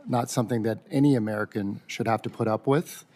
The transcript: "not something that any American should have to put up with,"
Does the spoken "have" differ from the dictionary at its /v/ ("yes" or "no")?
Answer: yes